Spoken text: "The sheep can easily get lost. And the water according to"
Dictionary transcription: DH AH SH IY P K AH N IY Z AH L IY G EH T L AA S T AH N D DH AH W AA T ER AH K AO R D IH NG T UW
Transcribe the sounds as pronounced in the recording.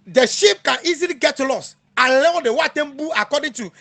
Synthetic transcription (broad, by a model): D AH SH IY P K AH N IY Z AH L IY G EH T L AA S AH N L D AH W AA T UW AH K AO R D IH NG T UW